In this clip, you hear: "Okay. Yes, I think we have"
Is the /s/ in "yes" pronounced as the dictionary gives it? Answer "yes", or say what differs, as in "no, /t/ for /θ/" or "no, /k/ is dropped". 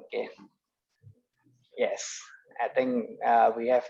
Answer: yes